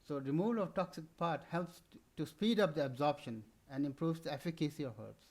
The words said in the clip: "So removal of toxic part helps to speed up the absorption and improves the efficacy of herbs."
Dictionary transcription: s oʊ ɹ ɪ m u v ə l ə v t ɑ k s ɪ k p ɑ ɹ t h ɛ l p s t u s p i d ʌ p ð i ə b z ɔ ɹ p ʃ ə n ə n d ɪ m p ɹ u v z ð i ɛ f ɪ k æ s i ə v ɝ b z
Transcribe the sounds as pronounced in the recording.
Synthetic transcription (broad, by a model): s oʊ ɹ ɪ m u v ə l ə v t ɑ k s ɪ k p ɑ ɹ t h ɛ l p s t u s p i d ʌ p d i ə b z ɔ ɹ p ʃ ə n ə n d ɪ m p ɹ u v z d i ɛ f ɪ k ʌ s i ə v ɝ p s